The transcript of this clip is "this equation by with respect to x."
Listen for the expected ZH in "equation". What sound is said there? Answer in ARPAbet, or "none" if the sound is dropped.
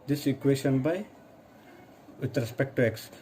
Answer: S